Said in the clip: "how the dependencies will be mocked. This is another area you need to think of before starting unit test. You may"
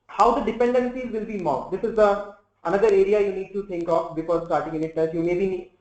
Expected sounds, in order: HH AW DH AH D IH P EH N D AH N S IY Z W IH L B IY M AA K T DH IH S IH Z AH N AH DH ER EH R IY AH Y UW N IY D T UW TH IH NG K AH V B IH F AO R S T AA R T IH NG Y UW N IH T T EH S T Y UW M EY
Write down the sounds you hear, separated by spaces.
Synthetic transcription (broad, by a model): HH AW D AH D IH P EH N D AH N S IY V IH L B IY M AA T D IH S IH Z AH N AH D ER EH R IY AH Y UW N IY D T UW T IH NG K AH F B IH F AO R S T AA R T IH NG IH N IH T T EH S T Y UW M EY